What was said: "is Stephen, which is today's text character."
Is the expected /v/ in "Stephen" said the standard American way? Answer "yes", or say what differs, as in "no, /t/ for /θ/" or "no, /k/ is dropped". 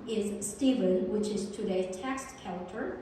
yes